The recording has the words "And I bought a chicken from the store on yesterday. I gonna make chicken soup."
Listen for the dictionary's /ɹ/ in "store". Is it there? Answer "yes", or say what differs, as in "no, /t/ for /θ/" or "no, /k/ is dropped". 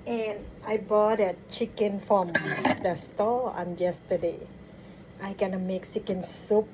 no, /l/ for /ɹ/